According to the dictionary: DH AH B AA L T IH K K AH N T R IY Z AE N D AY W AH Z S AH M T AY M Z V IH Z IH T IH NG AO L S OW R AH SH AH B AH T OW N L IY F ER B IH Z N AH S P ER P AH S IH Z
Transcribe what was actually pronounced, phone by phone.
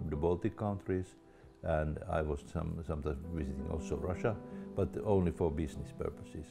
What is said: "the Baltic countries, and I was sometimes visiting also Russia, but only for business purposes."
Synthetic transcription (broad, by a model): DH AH B AA L T IH K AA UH N T R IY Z AE N D AY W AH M S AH M T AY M S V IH S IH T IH NG AO L S OW R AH SH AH B AH T OW N L IY F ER B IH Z N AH S P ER P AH S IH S